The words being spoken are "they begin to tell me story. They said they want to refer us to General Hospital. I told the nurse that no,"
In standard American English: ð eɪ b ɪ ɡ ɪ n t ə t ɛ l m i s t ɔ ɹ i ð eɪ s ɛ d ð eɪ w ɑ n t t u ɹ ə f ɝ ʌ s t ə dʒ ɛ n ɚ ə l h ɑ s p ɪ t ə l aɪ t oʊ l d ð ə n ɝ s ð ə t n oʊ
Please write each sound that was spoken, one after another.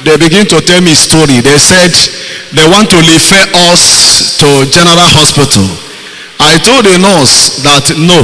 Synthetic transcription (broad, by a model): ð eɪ b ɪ ɡ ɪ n t ə t ɛ l m i s t ɔ ɹ i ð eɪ s ɛ d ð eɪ w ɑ n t t u l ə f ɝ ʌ s t ə dʒ ɛ n ɚ ə l h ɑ s p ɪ t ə l aɪ t oʊ l d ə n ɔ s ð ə t n oʊ